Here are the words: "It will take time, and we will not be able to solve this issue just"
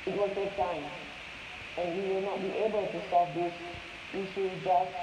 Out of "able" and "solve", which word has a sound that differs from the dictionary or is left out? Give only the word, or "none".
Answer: solve